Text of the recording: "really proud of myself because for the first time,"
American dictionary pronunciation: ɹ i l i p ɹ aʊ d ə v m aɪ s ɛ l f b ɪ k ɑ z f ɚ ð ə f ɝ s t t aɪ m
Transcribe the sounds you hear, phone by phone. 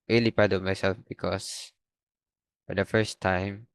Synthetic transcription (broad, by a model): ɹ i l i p aʊ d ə m aɪ s ɛ l f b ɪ k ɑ s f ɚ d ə f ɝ s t t aɪ m